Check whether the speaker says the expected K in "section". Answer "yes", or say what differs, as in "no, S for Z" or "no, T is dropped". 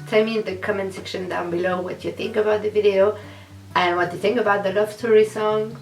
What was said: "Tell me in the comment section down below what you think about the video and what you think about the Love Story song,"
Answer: yes